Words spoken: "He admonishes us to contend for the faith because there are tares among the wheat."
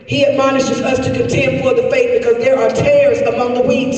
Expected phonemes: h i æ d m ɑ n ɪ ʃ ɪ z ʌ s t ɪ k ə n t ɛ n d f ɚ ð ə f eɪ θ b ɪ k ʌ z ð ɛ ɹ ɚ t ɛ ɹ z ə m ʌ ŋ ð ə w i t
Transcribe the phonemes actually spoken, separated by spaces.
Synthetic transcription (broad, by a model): h i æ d m ɑ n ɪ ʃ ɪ z ʌ s t ɪ k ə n t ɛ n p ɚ ð ə f eɪ t b ɪ k ʌ z ð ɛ ɹ ɚ t ɛ ɹ z ə m ʌ ŋ ð ə w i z